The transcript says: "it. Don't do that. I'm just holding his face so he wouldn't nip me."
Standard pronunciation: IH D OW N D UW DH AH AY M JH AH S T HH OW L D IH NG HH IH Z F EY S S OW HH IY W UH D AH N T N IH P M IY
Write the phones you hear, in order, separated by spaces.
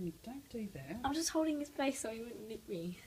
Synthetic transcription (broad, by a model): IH D OW N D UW DH AH AY M JH AH S T HH OW L D IH NG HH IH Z P EY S S OW HH IY W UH D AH N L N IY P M IY